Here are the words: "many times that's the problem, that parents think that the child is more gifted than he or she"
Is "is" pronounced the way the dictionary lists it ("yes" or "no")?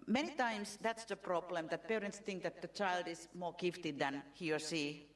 no